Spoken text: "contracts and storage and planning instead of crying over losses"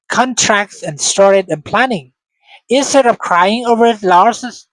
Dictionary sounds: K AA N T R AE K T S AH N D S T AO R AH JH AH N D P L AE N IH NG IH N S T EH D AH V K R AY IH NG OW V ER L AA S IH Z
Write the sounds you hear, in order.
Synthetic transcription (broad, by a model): K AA N T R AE K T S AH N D S T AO R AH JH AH N P L AE N IH NG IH S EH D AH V K R AY IH NG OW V ER L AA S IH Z